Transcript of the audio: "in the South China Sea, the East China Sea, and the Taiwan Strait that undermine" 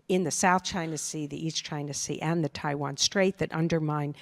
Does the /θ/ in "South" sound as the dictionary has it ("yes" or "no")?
yes